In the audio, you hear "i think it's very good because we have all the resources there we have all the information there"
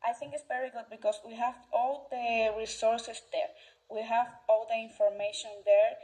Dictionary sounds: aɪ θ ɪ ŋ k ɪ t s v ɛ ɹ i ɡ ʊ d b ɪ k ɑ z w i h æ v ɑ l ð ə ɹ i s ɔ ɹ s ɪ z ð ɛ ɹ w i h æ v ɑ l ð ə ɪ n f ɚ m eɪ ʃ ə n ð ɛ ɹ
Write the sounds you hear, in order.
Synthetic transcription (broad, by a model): aɪ θ ɪ ŋ k ɪ t s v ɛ ɹ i ɡ ʊ d b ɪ k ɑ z w i h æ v ɑ l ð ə ɹ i s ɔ ɹ s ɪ s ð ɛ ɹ w i h æ v ɑ l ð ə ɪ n f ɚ m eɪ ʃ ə n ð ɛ ɹ